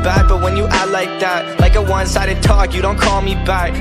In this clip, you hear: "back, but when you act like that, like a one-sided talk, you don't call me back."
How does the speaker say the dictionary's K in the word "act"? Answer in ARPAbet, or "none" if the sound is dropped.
none